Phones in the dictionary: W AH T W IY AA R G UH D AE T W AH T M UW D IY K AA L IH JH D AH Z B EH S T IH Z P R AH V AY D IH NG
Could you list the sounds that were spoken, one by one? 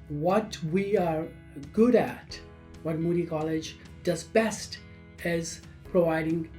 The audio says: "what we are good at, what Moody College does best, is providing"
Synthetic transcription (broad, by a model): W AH T W IY AA R G UH D AE T W AH T M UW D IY K AA L IH JH D AH Z B EH S T IH Z P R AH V AY D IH NG